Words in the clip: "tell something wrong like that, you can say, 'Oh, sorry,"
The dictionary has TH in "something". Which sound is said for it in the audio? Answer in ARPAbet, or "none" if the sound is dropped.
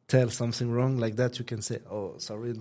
TH